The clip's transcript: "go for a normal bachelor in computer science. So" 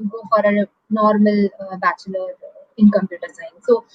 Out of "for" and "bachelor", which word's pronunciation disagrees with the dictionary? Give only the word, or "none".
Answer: none